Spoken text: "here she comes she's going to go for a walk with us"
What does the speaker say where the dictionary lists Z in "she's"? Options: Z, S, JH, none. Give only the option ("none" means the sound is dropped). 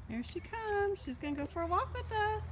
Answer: Z